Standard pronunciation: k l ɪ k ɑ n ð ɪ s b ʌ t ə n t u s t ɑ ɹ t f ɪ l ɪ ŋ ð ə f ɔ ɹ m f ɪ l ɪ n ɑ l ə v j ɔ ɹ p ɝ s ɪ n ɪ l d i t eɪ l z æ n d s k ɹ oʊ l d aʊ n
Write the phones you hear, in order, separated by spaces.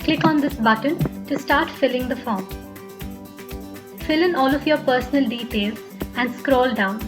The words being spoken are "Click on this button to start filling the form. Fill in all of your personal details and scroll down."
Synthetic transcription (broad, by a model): k l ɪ k ɑ n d ɪ s b ʌ t ə n t u s t ɑ ɹ t f ɪ l ɪ ŋ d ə f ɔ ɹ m f ɪ l ɪ n ɑ l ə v j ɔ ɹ p ɝ s ɪ n ɪ l d i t eɪ l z æ n d s k ɹ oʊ l d aʊ n